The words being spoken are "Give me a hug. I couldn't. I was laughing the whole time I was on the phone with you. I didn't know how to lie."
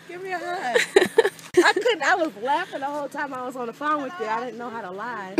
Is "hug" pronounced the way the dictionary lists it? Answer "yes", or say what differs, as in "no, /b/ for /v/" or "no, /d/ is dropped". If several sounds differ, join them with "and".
no, /ɡ/ is dropped